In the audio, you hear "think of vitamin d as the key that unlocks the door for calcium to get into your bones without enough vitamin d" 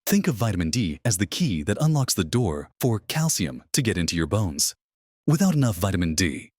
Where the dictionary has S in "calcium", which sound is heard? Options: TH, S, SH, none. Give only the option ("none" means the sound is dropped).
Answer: S